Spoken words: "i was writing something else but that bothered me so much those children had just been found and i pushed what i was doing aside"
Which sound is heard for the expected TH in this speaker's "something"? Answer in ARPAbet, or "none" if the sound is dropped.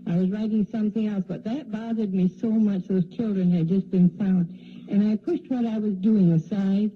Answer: TH